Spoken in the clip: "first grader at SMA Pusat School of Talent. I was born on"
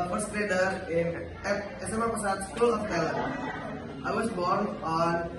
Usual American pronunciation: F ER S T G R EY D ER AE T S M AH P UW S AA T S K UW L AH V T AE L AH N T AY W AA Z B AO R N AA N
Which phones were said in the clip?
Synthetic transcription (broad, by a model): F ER S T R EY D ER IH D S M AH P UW S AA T S K UW L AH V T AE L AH T AY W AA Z B AO R N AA N